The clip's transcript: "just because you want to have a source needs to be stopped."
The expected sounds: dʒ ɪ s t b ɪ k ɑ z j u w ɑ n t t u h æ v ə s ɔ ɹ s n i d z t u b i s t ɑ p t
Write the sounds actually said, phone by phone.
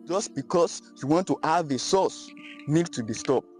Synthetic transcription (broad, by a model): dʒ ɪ s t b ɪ k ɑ s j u w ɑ n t t u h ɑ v ə s ɔ s n i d t u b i s t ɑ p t